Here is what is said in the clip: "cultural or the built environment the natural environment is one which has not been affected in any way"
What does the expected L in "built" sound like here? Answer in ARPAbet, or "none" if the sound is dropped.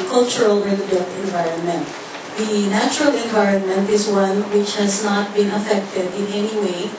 N